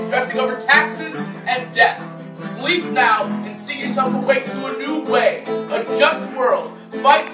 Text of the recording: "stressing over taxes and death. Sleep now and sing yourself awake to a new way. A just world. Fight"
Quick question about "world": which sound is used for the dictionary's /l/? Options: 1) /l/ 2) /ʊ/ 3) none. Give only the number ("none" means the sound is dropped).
1